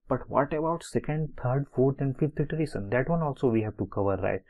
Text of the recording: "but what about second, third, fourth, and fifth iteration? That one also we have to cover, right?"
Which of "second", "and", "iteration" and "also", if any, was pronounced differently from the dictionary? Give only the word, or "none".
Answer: iteration